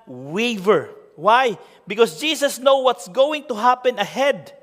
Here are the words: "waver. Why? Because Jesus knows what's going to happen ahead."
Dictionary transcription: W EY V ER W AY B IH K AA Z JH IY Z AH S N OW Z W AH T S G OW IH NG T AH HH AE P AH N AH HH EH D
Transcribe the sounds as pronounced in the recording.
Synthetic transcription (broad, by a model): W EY V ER W AY B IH K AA S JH IY S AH S N OW W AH T S G OW IH NG T AH HH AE P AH N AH HH EH D